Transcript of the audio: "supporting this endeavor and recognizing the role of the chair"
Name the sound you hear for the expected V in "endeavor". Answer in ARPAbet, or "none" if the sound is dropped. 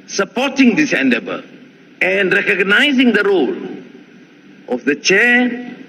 B